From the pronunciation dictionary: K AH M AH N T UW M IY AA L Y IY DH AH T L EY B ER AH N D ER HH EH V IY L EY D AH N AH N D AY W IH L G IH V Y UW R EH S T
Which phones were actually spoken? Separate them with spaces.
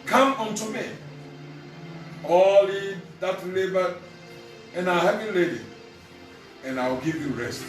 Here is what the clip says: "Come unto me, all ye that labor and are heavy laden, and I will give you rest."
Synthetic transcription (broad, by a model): K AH M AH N T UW M IY AA L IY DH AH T L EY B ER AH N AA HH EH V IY L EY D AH AH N AY W IH L G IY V Y UW R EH S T